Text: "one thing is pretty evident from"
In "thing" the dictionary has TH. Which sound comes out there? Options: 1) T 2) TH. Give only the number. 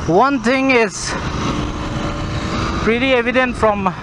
1